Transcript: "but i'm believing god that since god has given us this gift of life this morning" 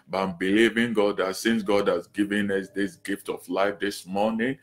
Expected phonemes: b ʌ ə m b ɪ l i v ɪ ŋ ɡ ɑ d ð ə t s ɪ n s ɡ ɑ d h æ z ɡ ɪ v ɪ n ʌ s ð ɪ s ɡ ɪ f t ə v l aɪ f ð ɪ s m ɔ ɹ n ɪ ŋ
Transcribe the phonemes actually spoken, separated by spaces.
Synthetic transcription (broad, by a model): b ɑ ə m b ɪ l i v ɪ ŋ ɡ ɑ d ð ə t s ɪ n s ɡ ɑ d h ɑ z ɡ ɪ v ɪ n ʌ s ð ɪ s ɡ ɪ f t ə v l aɪ f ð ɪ s m ɔ n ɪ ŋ